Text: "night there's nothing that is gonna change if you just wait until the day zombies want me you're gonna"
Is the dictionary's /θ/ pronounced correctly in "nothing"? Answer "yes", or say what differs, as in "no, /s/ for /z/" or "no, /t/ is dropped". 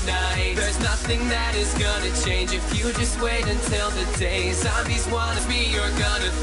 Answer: yes